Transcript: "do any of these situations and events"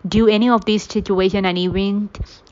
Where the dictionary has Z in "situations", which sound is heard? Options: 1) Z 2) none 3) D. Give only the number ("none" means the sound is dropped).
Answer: 2